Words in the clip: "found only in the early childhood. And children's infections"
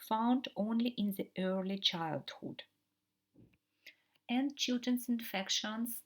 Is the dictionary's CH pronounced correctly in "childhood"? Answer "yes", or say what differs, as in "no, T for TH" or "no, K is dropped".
yes